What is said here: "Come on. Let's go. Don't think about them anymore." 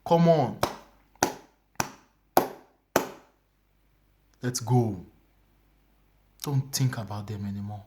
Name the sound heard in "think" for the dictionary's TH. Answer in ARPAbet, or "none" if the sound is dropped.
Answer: T